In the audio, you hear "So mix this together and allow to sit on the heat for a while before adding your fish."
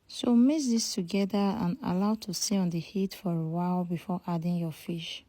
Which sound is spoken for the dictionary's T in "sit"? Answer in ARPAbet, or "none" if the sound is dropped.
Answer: none